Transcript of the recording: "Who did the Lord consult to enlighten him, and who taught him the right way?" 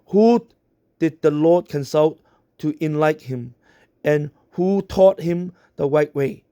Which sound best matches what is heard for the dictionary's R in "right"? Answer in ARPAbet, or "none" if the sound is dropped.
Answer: W